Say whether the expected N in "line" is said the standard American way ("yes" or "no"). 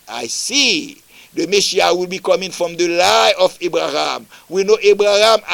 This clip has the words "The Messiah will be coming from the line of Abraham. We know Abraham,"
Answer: no